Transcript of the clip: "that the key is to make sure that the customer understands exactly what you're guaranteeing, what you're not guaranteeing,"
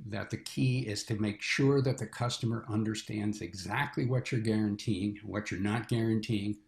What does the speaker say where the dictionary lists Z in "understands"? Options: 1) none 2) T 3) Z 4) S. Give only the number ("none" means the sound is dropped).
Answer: 3